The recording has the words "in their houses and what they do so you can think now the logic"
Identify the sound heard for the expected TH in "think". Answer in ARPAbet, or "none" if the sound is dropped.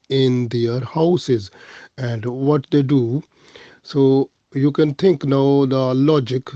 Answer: T